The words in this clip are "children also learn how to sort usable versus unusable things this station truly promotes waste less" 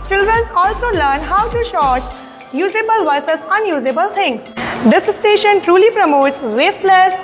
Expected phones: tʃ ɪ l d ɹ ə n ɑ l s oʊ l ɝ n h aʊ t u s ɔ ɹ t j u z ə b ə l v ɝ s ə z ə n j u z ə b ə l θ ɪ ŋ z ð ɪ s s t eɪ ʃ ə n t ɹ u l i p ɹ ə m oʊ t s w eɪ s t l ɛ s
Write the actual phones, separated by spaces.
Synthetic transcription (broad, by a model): tʃ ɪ l d ɹ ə n ɑ l s oʊ l ɝ n h aʊ t u ʃ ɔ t j u z ə b ə l v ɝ s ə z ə n j u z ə b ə l t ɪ ŋ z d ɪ s s t eɪ ʃ ə n t ɹ u l i p ɹ ə m oʊ t s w eɪ s t l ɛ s